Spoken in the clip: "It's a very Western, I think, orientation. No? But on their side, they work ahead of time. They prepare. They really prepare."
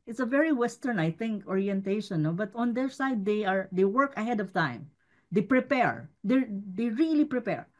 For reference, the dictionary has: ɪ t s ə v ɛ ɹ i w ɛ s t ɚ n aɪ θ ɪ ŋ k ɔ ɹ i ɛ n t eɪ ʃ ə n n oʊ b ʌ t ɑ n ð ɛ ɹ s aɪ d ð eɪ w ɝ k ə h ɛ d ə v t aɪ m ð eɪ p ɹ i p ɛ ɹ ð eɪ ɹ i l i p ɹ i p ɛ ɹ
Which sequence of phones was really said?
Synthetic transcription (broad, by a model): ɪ t s ə v ɛ ɹ i w ɛ s t ɚ n aɪ θ ɪ ŋ k ɔ ɹ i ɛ n t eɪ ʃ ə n n oʊ b ʌ t ɑ n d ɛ ɹ s aɪ d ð eɪ w ɝ k ə h ɛ d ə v t aɪ m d eɪ p ɹ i p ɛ ɹ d eɪ ɹ i l i p ɹ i p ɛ ɹ